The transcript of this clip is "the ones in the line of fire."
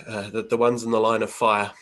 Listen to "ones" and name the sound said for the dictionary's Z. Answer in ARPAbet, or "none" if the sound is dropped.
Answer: Z